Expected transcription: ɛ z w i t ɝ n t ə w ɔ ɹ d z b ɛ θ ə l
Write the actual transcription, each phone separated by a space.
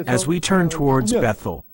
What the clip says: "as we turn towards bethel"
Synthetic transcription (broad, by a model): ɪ z w i t ɝ n t ə w ɔ ɹ d z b ɛ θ l